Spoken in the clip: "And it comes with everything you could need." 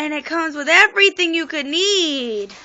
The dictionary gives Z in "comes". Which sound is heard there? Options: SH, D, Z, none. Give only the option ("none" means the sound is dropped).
Z